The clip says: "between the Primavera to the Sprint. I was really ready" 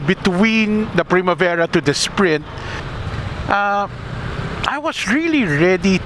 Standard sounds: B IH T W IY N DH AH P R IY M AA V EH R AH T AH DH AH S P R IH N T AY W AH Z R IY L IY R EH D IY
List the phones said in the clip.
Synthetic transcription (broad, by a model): B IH T W IY N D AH P R IY M AA V EH R AH T AH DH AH S P R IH N T AY W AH S R IY L IY R EH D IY